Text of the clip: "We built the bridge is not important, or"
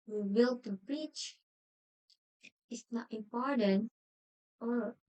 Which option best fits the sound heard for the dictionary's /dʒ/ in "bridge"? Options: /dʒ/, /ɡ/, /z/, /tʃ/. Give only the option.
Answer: /tʃ/